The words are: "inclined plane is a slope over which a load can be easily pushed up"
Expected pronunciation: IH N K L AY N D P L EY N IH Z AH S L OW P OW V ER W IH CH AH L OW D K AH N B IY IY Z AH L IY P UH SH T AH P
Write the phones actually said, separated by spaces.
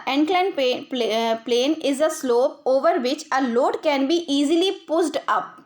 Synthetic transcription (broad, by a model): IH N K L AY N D P L EY N IH Z AH S L OW P OW V ER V IH CH AH L OW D K AH N B IY IY Z AH L IY P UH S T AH P